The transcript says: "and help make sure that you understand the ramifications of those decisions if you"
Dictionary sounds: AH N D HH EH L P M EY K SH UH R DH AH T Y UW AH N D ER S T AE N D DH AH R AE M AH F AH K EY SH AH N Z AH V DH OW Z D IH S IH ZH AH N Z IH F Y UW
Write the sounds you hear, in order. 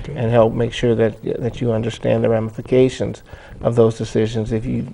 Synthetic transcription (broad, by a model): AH N HH EH L P M EY K SH UH R DH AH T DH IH AH N D ER S T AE N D DH AH R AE M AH F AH K EY SH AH N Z AH V DH OW Z D IH S IH ZH AH N Z IH F Y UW